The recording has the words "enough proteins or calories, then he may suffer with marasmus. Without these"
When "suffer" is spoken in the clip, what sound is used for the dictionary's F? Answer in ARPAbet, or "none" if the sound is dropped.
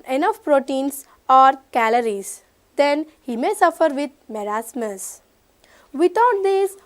F